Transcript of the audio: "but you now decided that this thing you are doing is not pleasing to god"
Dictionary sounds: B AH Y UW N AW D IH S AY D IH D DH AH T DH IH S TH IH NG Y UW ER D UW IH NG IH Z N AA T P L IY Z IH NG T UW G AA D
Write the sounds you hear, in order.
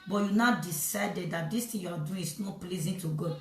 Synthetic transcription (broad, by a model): B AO Y UW N AW D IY S AY D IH D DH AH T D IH S T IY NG Y UW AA D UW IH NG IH S N AA T P L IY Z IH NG T UW G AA